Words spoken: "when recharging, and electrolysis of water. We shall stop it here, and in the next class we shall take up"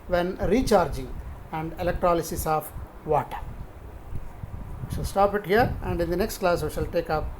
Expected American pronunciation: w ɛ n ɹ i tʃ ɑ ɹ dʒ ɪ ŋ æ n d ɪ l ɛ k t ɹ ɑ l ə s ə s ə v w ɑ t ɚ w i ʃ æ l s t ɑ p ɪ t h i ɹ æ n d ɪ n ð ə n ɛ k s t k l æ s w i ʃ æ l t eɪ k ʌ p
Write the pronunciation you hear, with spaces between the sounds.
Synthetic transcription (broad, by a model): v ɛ n ɹ i tʃ ɑ ɹ dʒ ɪ ŋ æ n d ɪ l ɛ k t ɹ ɑ l ə s ə s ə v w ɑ t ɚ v i ʃ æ l s t ɑ p ɪ t h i ɹ æ n d ɪ n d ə n ɛ k s t k l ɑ s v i ʃ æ l t eɪ k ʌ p